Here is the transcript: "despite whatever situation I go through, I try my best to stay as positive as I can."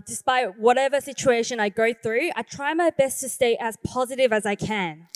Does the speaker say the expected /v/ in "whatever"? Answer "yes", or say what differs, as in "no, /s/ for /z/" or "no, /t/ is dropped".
yes